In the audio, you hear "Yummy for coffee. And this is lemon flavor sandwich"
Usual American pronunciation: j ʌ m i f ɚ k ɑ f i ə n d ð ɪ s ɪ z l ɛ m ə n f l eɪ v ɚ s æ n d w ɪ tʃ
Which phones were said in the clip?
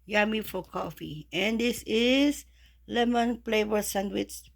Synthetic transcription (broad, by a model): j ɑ m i f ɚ k ɑ f i ə n d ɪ s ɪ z l ɛ m ə n p l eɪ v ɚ s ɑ n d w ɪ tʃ